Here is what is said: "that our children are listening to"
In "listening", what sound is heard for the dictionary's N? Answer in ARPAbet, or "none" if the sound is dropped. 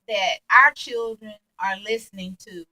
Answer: N